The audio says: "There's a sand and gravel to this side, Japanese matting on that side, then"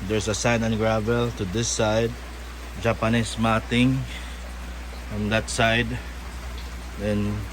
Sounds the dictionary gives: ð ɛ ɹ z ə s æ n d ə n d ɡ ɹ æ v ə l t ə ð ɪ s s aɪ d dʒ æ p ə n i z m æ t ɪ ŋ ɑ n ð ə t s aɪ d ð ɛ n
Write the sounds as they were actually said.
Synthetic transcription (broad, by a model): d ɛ ɹ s ə s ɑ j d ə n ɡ ɹ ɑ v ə l t ə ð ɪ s s aɪ d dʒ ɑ p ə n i s m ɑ t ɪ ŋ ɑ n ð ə t s aɪ d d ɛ n